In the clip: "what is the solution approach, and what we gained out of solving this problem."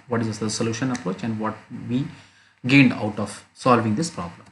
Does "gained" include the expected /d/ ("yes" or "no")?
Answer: yes